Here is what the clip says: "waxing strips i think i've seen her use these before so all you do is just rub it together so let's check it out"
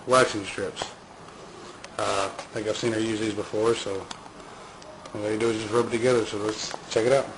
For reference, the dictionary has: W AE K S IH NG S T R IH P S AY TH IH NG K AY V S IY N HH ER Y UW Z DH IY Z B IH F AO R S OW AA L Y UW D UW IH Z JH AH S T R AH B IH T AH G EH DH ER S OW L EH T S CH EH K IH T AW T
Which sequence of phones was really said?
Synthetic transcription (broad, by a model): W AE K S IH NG S T R IH P S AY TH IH K AY V S IY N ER Y UW Z DH IY Z B IH F AO R S OW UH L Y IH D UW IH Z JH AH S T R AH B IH T AH G EH DH ER S OW L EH T S CH EH K IH T AW T